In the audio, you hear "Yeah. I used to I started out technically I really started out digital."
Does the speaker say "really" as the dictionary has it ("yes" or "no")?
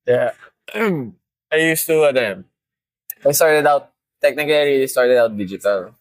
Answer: no